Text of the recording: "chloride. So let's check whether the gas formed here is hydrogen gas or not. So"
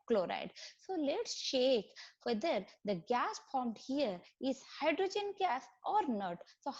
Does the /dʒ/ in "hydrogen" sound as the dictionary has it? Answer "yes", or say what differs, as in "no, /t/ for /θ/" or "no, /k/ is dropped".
yes